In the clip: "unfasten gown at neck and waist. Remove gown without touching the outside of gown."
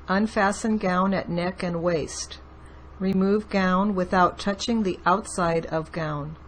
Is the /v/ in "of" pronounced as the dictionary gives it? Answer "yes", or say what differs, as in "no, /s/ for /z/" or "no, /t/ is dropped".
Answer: yes